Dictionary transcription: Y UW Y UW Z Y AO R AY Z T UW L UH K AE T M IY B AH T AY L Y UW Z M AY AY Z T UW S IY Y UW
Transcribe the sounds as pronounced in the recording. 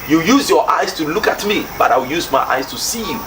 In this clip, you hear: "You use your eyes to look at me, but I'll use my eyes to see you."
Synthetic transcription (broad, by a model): Y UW Y UW Z Y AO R AY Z T UW L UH K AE T M IY B AH T AY W Y UW Z M AY AY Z T UW S IY Y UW